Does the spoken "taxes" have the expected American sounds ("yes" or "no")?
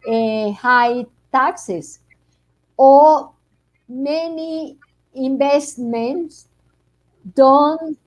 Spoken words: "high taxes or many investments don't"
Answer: no